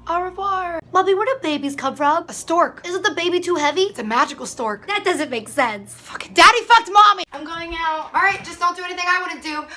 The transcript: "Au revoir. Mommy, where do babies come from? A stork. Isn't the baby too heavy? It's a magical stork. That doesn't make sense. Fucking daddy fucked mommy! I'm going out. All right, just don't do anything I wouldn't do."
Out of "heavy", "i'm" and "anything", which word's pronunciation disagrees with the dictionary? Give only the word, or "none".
none